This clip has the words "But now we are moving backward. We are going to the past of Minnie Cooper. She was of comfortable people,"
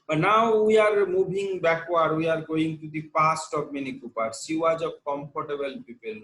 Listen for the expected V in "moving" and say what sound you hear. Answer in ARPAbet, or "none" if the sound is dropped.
B